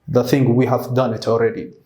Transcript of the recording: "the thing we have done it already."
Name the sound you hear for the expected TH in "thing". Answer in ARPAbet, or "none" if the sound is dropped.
TH